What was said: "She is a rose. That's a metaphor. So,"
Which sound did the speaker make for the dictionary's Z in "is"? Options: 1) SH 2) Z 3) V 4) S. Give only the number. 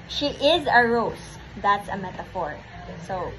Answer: 2